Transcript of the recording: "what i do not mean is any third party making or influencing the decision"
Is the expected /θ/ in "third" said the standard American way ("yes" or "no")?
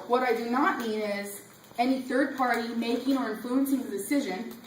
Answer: yes